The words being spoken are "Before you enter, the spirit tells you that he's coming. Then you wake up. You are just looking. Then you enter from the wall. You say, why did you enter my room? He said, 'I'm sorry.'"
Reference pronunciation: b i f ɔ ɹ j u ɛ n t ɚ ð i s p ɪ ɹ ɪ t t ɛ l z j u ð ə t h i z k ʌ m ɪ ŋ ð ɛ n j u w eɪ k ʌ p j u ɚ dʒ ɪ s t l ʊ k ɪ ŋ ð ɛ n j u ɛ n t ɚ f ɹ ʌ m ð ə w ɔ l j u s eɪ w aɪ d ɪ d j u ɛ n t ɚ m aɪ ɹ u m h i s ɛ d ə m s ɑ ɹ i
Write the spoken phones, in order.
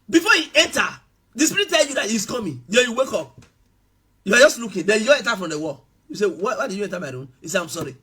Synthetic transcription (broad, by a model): b i f ɔ j u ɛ n t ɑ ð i s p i ɹ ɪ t t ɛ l j u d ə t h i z k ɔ m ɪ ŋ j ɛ j u w eɪ k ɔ p j u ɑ dʒ ɪ s t l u k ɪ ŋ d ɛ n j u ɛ n t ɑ f ɹ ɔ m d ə w ɔ l j u s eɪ w aɪ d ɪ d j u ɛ n t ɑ m aɪ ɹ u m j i s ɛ ə m s ɑ ɹ i